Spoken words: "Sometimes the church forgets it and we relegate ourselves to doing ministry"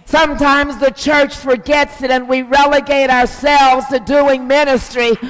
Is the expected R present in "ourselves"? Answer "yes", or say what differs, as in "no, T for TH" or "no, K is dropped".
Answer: yes